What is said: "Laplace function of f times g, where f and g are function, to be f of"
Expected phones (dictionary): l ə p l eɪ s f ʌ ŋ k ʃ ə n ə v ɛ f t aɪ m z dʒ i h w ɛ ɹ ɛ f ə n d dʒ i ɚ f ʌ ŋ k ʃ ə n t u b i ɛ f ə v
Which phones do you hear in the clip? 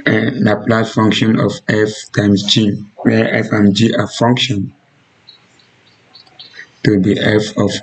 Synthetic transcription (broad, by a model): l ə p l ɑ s f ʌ ŋ k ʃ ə n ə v ɛ f t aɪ m s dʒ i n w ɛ ɛ f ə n dʒ i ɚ f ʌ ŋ k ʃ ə n t u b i ɛ f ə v